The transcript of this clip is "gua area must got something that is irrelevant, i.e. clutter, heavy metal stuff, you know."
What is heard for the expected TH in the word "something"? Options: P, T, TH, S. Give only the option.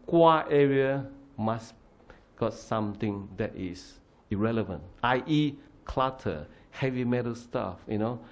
T